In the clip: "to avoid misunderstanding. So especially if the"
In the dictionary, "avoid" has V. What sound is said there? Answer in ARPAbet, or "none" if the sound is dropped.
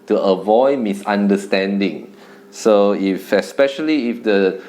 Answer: V